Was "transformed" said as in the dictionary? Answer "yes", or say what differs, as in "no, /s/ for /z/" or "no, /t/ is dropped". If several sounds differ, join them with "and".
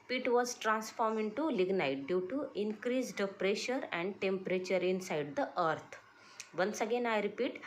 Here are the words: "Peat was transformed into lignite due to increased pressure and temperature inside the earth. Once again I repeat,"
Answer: no, /d/ is dropped